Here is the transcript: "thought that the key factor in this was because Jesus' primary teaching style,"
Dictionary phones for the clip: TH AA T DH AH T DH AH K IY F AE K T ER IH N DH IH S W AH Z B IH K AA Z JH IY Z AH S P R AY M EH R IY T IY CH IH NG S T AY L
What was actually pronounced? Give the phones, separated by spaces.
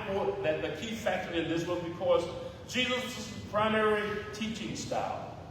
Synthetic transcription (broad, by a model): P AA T DH AH T DH AH K IY F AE K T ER IH N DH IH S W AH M B IH K AA Z JH IY Z AH S P R AY M EH R IY T IY CH IH NG S T AY L